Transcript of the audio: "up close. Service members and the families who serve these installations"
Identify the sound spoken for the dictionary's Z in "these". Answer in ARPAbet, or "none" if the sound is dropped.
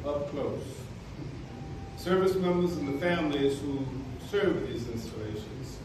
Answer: Z